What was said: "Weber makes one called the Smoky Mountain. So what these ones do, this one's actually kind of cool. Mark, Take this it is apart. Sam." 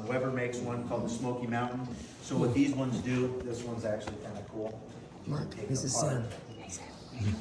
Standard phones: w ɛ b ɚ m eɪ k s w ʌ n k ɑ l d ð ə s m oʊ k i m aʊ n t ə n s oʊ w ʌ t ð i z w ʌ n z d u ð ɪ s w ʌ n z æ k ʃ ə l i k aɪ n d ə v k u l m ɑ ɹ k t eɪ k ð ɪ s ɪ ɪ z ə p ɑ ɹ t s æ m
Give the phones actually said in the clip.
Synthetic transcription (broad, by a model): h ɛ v ɚ m eɪ k s w ʌ n k ɑ l d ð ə s m oʊ k i m aʊ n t n s oʊ w ʌ t ð i z w ʌ n z d u ð ɪ s w ʌ n z æ k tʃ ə l i k aɪ n d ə k u l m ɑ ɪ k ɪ ɪ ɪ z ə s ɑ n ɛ